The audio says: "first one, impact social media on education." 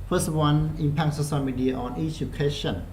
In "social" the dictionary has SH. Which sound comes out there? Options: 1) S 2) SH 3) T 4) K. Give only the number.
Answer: 1